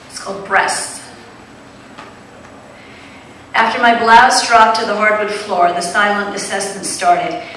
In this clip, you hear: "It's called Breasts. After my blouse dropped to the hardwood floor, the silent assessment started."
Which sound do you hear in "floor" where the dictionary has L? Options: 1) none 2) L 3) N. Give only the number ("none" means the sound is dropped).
2